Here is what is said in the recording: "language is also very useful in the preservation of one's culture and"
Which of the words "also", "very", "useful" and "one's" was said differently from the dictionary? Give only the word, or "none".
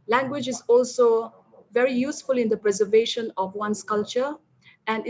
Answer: one's